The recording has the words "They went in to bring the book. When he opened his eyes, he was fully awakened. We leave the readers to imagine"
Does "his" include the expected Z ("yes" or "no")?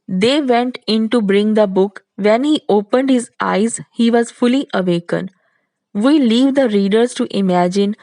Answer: yes